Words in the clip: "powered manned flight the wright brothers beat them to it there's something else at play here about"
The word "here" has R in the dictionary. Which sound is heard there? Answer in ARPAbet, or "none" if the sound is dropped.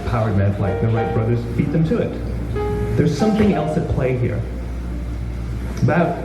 R